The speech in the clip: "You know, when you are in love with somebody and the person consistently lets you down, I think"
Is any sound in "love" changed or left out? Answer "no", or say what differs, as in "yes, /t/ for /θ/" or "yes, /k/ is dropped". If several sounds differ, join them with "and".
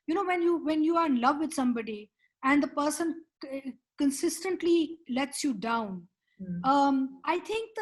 no